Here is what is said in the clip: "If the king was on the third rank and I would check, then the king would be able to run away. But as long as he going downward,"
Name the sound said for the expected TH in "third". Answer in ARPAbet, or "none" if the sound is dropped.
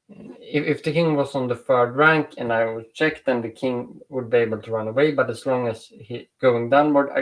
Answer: F